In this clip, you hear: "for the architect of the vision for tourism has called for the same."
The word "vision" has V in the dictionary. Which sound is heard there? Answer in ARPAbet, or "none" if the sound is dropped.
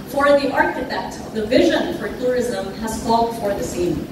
V